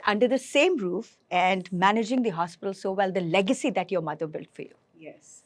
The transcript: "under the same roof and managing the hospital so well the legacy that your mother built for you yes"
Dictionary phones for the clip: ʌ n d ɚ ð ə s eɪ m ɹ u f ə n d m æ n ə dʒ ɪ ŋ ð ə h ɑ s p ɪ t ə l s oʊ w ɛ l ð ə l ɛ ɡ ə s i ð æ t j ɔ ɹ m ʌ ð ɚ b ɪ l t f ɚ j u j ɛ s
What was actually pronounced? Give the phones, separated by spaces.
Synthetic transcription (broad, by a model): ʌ n d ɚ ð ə s eɪ m ɹ u f ə n d m æ n ə dʒ ɪ ŋ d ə h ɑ s p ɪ t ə l s oʊ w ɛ l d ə l ɛ ɡ ə s i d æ t j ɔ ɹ m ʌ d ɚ b ɪ l t f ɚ j u j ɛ s